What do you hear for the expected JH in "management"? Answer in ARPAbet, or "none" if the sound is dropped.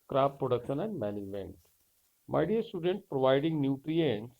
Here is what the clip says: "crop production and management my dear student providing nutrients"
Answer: none